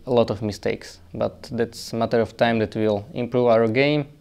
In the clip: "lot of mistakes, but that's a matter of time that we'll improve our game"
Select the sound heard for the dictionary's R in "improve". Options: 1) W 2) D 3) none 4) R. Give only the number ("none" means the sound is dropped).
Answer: 4